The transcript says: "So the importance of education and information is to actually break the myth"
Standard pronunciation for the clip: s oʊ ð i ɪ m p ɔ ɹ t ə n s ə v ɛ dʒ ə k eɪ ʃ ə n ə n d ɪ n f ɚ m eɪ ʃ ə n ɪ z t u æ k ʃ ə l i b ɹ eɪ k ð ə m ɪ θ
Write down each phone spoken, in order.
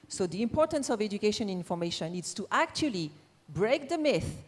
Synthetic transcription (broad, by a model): s oʊ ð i ɪ m p ɔ ɹ t ə n s ə v ɛ dʒ ə k eɪ ʃ ə n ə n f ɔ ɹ m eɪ ʃ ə n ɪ s t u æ k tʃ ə l i b ɹ eɪ k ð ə m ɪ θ